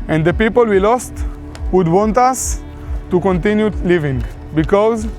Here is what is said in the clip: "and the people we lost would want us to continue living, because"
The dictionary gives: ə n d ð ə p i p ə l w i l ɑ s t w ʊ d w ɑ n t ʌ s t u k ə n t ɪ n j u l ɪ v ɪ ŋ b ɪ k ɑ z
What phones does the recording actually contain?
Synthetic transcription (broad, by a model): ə n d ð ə p i p ə l w i l ɑ s t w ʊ d w ɑ n t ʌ s t u k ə n t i n j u l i v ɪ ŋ b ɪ k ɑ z